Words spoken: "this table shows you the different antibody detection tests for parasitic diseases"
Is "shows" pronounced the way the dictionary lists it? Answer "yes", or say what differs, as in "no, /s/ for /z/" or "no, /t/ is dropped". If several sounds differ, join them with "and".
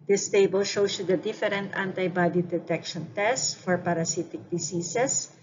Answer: no, /s/ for /z/